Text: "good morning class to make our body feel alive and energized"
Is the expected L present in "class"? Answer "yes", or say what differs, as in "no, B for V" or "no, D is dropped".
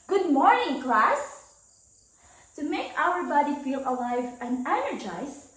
yes